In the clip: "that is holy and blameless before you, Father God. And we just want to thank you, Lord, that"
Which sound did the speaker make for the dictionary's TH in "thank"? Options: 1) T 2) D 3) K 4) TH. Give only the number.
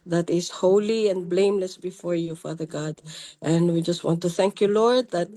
4